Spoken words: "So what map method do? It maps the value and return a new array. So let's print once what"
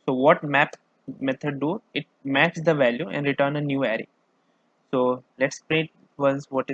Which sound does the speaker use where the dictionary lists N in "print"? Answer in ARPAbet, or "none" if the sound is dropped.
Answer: none